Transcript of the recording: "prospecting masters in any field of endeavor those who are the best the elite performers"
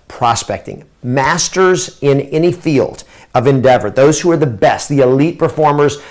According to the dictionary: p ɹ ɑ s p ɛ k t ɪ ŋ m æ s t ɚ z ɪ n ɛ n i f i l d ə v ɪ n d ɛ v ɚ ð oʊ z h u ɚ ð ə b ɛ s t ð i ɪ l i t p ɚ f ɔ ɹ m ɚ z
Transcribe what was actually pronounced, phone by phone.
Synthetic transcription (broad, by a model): p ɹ ɑ s p ɛ k t ɪ ŋ m æ s t ɚ z ɪ n ɛ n i f i l d ə v ɪ n d ɛ v ɚ ð oʊ z h u ɚ ð ə b ɛ s t ð i ɪ l i t p ɚ f ɔ ɹ m ɚ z